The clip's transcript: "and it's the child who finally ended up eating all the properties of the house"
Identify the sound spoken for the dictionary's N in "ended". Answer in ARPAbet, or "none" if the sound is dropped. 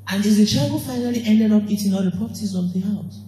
N